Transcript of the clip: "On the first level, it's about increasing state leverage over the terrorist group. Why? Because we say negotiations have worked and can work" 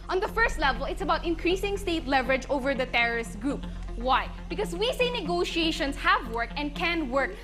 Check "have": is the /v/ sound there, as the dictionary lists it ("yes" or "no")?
yes